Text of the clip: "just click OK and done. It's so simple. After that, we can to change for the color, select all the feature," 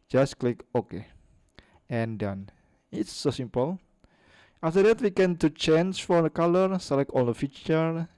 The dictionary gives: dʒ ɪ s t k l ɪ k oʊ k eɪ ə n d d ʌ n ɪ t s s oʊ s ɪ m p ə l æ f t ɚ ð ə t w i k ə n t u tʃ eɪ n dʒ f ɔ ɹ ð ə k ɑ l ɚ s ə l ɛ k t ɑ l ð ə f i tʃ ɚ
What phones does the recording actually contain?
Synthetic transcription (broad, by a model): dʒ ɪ s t k l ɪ k oʊ k eɪ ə n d d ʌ n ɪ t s s oʊ s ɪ m p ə l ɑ f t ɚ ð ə t w i k ə n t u tʃ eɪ n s f ɔ ɹ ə k ɑ l ɚ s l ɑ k ɑ l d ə f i tʃ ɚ